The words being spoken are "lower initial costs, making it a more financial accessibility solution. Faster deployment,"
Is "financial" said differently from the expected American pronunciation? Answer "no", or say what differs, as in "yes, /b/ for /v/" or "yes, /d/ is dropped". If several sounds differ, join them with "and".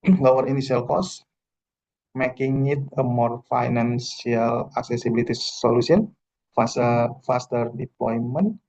yes, /s/ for /ʃ/